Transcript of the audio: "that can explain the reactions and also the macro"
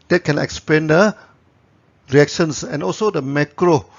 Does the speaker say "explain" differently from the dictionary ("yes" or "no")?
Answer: yes